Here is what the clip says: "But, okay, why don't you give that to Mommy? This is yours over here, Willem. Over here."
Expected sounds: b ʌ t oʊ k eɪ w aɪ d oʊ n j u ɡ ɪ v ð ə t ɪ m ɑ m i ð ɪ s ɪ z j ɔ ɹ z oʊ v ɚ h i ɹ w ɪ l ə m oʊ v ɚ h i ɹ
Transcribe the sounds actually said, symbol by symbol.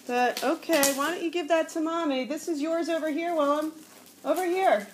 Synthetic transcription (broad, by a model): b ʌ t oʊ k eɪ w aɪ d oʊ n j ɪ ɡ ɪ v ð ə t ɪ m ɑ m i ð ɪ s ɪ z j ɔ ɹ z oʊ v ɚ h i ɹ w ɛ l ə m oʊ v ɚ h i ɹ